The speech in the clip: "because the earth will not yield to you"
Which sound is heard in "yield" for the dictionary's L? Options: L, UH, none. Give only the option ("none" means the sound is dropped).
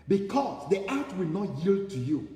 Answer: L